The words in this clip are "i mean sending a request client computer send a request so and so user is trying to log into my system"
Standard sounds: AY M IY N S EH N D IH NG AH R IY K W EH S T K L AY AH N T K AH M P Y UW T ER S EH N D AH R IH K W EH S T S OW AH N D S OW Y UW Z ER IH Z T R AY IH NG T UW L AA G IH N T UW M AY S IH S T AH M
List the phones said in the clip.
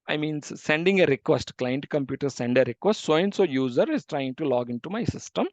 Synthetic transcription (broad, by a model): AY M IY N S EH N D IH NG AH R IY K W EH S T K L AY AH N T K AH M P Y UW T ER S EH N D AH R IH K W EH S T S OW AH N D S OW Y UW Z ER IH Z T R AY IH NG T UW L AA G IH N T UW M AY S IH S T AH M